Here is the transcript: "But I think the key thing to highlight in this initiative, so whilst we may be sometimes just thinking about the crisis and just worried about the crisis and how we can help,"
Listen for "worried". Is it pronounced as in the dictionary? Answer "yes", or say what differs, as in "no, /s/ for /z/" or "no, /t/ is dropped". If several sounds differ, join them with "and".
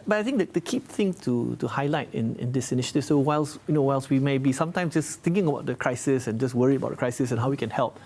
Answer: no, /d/ is dropped